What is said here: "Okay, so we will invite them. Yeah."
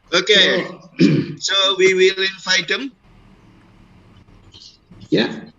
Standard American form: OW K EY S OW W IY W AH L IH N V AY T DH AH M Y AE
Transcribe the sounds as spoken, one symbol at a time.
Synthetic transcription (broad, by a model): OW K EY S OW W IY W AH L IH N F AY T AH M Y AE